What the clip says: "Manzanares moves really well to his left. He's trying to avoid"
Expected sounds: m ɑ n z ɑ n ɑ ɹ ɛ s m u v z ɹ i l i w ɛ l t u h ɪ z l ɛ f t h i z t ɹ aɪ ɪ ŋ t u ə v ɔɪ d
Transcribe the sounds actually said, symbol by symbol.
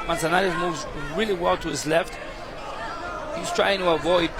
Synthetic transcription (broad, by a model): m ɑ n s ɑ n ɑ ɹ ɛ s m u v z ɹ i l i w ɛ l t u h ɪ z l ɛ f t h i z t ɹ aɪ ɪ ŋ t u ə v ɔɪ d